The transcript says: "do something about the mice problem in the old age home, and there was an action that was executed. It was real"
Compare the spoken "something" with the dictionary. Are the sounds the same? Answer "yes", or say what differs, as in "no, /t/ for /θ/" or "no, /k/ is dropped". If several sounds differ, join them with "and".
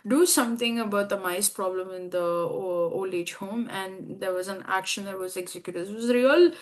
no, /t/ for /θ/